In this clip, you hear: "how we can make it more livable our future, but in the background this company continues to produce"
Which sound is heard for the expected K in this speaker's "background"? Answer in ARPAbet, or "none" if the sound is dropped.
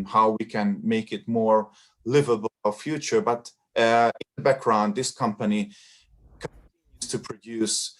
K